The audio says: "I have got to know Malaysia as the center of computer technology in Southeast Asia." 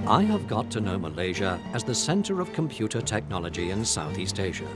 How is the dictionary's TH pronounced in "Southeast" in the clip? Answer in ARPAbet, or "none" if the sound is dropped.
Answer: TH